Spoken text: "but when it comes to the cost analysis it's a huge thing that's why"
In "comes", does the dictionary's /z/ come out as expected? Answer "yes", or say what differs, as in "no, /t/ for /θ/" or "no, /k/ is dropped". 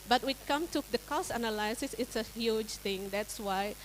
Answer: no, /z/ is dropped